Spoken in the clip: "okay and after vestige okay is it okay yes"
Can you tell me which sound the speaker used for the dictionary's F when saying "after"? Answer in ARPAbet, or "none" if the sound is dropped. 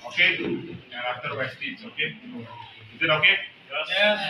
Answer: none